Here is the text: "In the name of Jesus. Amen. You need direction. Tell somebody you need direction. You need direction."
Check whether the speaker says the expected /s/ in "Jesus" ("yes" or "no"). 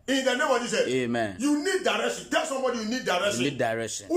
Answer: no